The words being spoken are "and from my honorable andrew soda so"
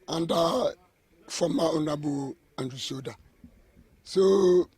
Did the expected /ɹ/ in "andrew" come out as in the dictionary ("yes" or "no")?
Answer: no